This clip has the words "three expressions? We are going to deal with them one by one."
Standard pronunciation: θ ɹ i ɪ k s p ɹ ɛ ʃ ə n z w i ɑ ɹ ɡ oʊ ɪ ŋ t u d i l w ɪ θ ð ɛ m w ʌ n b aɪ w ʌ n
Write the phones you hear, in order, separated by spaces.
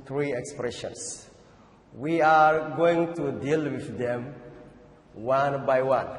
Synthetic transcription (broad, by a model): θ ɹ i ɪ k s p ɹ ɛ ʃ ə n s w i ɑ ɹ ɡ oʊ ɪ ŋ t u d i l w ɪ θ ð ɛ m w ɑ n b aɪ w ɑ n